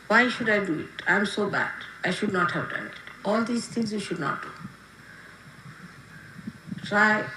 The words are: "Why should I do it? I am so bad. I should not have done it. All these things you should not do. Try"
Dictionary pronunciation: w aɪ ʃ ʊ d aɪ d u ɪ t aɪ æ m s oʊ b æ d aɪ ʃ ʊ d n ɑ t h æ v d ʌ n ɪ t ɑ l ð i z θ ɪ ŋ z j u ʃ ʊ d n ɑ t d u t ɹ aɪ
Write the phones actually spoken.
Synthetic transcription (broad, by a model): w aɪ ʃ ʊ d aɪ d u ɪ t aɪ m s oʊ b æ d aɪ ʃ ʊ d n ɑ t h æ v d ʌ n ɪ t ɑ l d i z t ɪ ŋ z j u ʃ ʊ d n ɑ t d u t ɹ aɪ